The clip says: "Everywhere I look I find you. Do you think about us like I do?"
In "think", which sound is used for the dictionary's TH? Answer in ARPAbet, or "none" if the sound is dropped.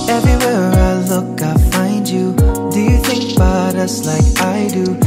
TH